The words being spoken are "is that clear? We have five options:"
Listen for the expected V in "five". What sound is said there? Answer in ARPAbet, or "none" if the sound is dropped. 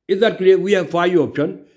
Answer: none